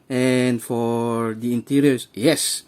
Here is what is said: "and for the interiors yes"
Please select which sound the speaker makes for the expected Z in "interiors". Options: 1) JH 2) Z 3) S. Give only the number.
3